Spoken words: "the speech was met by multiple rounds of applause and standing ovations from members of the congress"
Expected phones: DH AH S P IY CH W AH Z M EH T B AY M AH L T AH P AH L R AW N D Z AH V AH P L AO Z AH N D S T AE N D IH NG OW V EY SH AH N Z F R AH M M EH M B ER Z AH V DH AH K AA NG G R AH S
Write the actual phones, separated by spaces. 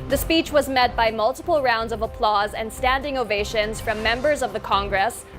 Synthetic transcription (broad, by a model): DH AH S P IY CH W AH Z M EH T B AY M AH L T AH P L R AW N D Z AH V AH P L AO Z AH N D S T AE N D IH NG OW V EY SH AH N Z F R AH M M EH M B ER Z AH V DH AH K AA NG G R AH S